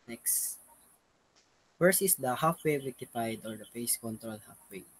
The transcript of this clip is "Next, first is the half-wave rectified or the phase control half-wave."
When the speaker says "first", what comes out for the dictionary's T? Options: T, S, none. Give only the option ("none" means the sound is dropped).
none